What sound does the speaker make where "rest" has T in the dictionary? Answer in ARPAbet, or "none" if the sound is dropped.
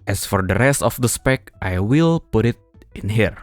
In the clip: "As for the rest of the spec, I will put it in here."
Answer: T